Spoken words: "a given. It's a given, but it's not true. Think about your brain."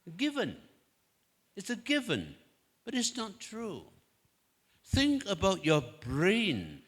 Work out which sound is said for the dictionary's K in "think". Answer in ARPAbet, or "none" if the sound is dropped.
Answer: K